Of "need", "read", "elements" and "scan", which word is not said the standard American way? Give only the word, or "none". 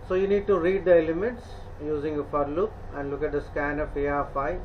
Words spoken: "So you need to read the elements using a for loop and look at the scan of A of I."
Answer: elements